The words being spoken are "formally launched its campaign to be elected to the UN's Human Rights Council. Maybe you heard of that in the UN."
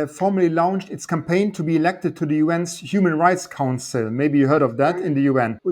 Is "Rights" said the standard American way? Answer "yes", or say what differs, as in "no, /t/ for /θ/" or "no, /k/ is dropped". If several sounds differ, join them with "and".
yes